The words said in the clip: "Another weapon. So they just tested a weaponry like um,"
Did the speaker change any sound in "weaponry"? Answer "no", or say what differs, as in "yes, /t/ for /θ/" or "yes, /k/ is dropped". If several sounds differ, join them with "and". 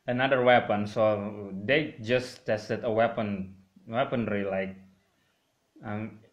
no